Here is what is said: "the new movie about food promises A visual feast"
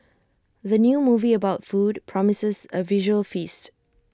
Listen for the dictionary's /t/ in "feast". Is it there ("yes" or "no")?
yes